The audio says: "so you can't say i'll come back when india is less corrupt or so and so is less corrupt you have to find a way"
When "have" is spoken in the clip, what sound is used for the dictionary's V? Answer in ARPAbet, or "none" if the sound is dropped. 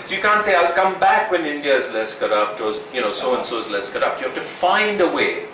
F